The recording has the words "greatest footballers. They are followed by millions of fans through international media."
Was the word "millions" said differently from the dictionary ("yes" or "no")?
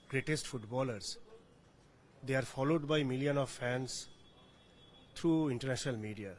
yes